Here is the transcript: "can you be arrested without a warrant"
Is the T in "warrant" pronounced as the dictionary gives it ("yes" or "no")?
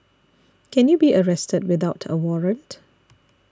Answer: yes